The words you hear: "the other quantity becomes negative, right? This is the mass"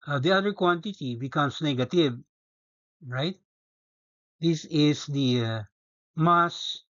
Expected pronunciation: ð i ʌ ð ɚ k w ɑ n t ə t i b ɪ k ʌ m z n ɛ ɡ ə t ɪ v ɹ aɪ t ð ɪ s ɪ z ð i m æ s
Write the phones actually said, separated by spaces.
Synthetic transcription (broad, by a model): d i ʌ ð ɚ k w ɑ n t ə t i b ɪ k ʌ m s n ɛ ɡ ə t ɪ b ɹ aɪ t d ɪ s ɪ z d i m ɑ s